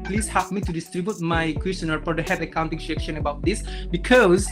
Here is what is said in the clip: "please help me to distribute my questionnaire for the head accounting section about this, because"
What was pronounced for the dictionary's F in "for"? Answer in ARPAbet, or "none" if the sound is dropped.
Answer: P